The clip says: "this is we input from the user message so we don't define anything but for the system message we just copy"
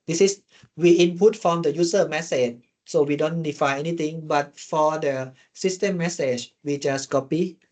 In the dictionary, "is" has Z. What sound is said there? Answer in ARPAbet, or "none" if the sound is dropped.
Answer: S